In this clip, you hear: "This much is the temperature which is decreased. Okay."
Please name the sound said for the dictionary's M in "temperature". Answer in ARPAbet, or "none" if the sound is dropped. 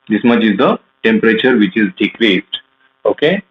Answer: M